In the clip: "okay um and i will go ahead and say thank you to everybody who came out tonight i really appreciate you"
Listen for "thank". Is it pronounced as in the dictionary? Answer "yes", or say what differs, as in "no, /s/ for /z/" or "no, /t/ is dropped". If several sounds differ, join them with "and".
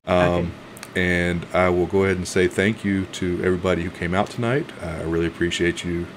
yes